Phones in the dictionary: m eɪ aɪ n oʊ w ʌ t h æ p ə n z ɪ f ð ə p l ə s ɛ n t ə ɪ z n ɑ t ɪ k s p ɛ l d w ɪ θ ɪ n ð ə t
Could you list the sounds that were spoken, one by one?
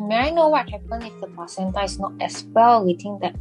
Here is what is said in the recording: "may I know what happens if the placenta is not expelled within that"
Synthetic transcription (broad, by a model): m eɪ aɪ n oʊ w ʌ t h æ p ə n ɪ f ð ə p ə s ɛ n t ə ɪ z n ɑ t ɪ s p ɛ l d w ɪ t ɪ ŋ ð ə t